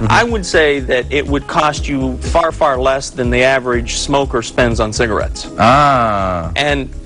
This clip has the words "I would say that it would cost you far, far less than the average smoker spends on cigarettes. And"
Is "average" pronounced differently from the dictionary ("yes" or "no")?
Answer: no